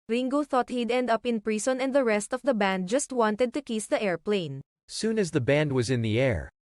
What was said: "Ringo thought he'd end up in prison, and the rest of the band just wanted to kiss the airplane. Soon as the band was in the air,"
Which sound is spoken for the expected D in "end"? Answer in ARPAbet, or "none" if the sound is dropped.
D